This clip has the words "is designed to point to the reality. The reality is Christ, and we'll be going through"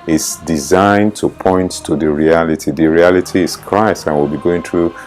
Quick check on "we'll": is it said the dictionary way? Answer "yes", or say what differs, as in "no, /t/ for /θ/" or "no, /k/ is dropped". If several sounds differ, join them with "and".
yes